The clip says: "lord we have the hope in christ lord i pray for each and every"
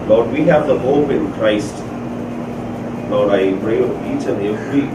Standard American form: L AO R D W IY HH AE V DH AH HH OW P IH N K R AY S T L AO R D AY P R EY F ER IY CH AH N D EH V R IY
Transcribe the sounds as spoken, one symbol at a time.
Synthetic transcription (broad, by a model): L AO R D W IY HH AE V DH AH HH OW P IH N K R AY S T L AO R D AY P R EY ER IY CH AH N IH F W IY